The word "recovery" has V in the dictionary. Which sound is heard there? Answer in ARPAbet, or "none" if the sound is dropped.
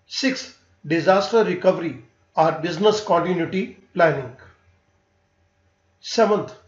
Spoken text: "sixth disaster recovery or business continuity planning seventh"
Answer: V